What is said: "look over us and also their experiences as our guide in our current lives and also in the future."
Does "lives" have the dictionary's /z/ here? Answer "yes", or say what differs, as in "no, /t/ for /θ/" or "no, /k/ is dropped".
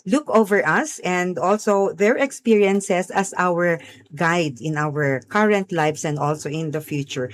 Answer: no, /s/ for /z/